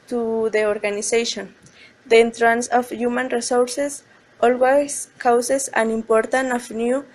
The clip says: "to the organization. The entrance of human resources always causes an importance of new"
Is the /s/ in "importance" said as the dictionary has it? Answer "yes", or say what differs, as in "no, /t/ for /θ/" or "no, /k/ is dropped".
no, /s/ is dropped